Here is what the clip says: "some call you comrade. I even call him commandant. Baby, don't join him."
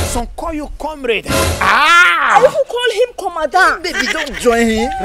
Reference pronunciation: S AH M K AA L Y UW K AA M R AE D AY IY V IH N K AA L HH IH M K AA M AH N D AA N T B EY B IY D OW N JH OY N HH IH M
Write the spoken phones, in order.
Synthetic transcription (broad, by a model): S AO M K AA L Y UW K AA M R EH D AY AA W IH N K AA L HH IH M K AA M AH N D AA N B EY B IY D OW N JH OY N HH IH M